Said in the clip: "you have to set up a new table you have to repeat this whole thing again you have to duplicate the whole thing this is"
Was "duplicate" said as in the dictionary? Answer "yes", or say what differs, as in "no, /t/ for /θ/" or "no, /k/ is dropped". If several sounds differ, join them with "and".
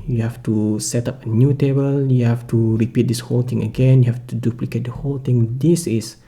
yes